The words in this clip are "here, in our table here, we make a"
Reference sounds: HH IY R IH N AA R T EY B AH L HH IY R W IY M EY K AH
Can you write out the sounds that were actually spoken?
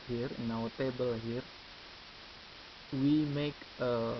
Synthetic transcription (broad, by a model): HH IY R IH N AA W T EY B AH L HH IY R W IY M EY K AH